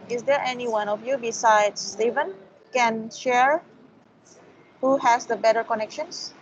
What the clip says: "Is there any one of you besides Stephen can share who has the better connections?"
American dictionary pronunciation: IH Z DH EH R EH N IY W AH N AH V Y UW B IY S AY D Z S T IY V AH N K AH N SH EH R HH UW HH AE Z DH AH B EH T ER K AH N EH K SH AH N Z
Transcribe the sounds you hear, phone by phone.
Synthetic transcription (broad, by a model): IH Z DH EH R EH N IY W AH N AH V Y UW B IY S AY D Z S T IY V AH N K AH N SH EH R HH UW HH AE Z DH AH B EH T ER K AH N EH K SH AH N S